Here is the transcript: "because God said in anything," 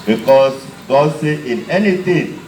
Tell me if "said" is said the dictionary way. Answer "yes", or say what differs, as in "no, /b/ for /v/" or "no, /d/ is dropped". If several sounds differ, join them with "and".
no, /d/ is dropped